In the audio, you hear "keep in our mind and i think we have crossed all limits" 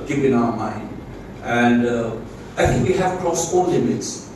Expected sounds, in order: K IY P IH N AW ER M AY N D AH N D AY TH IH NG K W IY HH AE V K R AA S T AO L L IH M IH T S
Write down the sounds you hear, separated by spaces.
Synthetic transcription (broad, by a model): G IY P IH N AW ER M AY N D AH N D AY T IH NG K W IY HH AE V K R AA S AO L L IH M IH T S